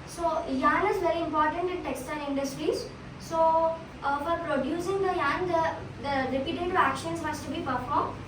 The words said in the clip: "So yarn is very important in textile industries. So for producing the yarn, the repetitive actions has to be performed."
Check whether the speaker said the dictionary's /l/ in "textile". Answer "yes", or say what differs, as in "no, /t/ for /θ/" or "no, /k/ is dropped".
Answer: no, /n/ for /l/